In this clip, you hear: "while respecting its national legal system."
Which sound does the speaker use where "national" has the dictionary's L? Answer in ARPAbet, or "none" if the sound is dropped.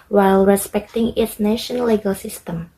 N